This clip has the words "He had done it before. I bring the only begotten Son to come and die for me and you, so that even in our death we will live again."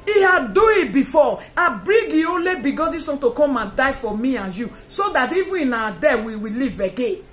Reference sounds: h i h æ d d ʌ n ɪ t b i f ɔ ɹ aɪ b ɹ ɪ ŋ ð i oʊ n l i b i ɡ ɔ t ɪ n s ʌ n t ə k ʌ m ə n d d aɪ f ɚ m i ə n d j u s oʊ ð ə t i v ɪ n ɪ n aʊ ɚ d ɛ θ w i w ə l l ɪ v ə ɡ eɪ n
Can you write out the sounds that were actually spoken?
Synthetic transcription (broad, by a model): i h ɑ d d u ɪ t b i f ɔ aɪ b ɹ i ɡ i oʊ n l i b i ɡ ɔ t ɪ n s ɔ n t ə k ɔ m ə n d d aɪ f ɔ m i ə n j u s oʊ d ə t i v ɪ ɪ n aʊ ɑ d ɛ w i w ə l l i v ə ɡ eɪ n